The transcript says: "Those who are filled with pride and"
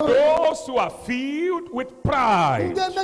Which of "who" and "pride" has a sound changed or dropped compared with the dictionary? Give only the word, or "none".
pride